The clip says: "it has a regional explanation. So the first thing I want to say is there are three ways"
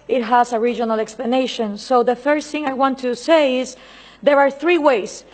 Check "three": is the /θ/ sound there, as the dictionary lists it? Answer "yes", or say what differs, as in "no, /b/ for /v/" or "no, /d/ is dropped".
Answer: yes